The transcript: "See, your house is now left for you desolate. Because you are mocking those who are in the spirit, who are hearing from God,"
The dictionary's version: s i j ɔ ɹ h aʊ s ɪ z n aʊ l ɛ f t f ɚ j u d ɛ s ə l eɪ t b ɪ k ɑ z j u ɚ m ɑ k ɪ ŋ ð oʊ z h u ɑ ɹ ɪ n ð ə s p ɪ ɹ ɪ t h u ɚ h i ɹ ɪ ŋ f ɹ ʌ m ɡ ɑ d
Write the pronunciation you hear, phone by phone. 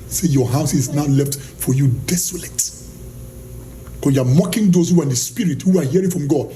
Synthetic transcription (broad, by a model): s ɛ j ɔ h aʊ s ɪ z n aʊ l ɛ f t f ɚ j u d ɛ s ə l eɪ t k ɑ j u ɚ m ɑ k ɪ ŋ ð oʊ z h u ɑ ɹ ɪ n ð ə s p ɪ ɹ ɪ t h u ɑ h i ɹ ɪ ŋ f ɹ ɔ m ɡ ɑ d